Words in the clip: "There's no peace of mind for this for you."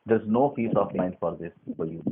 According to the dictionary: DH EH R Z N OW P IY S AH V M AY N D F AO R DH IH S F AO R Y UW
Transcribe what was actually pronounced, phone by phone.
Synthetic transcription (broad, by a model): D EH R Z N OW F IY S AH F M AY N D F AO R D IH S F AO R Y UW